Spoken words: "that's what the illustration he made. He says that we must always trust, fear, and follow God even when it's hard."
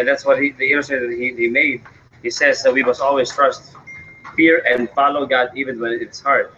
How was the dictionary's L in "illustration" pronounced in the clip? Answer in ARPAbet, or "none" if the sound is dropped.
N